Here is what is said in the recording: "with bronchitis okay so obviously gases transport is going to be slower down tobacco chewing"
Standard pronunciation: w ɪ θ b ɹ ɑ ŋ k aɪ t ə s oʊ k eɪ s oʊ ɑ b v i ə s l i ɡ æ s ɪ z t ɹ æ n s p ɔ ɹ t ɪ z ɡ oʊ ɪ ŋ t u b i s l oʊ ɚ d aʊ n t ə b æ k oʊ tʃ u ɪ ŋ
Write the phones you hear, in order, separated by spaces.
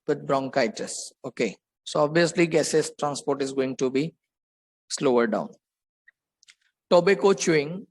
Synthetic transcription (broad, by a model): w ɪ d b ɹ ɑ ŋ k aɪ t ə s oʊ k eɪ s oʊ ɑ b v i ə s l i ɡ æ s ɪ s t ɹ æ n s p ɔ ɹ t ɪ z ɡ oʊ ɪ ŋ t u b i s l oʊ ɚ d aʊ n t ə b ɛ k oʊ tʃ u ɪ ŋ